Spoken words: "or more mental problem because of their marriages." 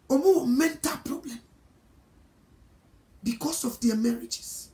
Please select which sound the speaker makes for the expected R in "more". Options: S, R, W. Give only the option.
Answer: W